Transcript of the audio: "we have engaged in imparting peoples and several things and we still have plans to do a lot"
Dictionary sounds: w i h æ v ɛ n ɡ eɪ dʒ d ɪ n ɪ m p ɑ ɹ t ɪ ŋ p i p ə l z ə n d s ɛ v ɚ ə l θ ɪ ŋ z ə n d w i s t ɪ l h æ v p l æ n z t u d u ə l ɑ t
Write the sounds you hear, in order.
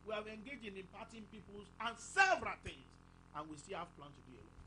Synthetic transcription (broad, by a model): w i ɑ v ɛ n ɡ eɪ dʒ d ɪ n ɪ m p ɑ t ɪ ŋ p i p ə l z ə n s ɛ v ɚ ə l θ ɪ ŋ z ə n w i s t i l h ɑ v p l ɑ n t u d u ə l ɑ